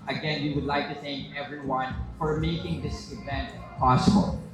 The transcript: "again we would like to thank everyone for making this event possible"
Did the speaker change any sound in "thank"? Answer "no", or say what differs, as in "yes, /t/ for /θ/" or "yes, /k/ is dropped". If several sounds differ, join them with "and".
no